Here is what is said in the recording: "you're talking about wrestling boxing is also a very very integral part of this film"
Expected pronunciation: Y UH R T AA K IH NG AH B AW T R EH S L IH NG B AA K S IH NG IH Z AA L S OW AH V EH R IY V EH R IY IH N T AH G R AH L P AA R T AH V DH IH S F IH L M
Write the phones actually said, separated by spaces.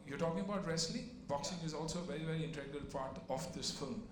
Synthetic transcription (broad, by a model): Y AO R T AA K IH NG AH B AW T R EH S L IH B AA K S IH NG IH Z AA L S OW AH V EH R IY V EH R IY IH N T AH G AH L P AA R T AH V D IH S F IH L M